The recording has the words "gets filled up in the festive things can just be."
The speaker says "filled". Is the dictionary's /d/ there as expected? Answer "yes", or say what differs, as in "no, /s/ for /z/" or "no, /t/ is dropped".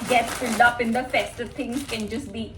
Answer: yes